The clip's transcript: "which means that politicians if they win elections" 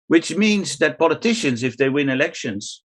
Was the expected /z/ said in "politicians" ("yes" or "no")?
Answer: yes